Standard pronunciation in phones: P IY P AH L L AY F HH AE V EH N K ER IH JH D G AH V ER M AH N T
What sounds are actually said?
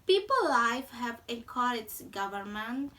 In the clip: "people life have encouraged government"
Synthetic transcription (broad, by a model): P IY P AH L L AY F HH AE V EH K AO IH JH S G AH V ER M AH N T